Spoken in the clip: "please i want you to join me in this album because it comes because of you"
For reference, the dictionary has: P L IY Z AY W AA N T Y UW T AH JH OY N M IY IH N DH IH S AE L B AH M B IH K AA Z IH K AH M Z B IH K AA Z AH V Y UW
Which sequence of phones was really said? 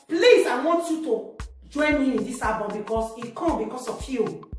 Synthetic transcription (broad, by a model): P L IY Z AY W AA N T Y UW T AH JH OY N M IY IH N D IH S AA B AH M B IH K AA S IH K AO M B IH K AA S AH F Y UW